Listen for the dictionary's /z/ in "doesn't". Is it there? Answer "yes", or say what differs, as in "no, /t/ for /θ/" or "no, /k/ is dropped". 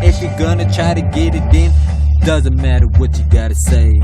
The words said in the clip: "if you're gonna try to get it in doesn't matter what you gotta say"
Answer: yes